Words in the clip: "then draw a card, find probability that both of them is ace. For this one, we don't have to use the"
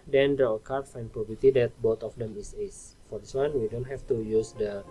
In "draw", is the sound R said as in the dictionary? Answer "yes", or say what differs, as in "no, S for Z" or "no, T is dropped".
no, R is dropped